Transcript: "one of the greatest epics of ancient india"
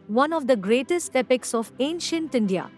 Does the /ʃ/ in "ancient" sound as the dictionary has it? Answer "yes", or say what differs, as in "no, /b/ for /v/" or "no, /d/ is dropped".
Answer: yes